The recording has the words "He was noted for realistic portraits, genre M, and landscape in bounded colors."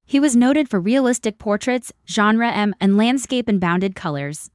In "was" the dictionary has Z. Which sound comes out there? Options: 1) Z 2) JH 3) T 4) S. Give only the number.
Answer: 1